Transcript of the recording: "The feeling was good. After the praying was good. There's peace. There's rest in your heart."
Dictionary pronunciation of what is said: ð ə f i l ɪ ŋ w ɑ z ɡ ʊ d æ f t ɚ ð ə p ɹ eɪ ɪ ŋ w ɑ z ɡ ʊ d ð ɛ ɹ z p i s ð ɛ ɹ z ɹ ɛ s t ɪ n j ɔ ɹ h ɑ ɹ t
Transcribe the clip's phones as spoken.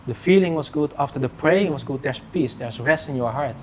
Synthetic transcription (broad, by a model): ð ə f i l ɪ ŋ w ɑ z ɡ ʊ d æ f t ɚ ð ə p ɹ eɪ ɪ ŋ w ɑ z ɡ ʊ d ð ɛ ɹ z p i s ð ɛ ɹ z ɹ ɛ s t ɪ n j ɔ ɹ h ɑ ɹ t